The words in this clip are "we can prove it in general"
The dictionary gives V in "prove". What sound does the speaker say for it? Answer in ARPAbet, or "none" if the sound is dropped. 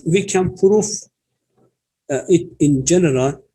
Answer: F